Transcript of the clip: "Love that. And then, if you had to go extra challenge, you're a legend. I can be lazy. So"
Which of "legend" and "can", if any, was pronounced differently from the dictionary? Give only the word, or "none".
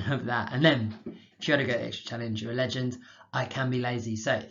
none